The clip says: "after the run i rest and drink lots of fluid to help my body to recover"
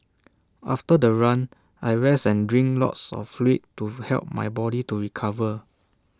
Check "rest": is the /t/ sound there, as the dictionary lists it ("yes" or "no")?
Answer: no